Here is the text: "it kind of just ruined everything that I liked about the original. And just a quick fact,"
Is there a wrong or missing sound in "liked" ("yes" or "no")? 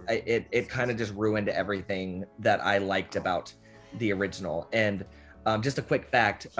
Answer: no